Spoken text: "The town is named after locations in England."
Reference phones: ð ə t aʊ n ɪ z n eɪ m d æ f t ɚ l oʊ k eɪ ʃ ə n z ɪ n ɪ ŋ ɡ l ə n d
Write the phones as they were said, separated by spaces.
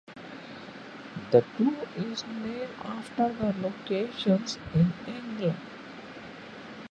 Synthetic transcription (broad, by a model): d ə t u ɪ z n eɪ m æ f t ɚ l oʊ k eɪ ʃ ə n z ɪ n ɪ ŋ ɡ l ə n d